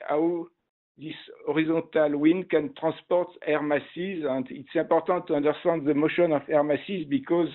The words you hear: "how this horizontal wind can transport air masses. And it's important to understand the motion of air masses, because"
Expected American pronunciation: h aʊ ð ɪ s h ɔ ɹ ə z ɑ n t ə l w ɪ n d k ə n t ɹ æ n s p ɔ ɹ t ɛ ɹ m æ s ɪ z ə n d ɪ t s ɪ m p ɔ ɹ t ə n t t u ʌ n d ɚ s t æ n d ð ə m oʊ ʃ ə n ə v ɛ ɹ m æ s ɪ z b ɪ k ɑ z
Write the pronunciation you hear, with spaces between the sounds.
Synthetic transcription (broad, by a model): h aʊ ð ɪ s ɔ ɹ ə z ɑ t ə l w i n k ə n t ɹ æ s p ɔ ɹ t ɛ ɹ m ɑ s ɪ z ə n d ɪ t s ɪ p ɔ ɹ t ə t t u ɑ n d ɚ s t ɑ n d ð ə m oʊ ʃ ə n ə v ɛ ɹ m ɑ s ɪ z b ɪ k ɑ z